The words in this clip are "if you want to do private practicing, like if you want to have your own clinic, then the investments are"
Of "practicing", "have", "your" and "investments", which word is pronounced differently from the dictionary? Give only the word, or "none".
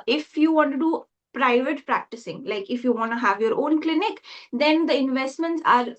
none